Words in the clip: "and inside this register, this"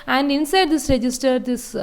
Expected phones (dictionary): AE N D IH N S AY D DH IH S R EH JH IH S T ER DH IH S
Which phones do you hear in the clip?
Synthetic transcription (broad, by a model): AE N D IH N S AY D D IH S R EH JH IH S T ER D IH S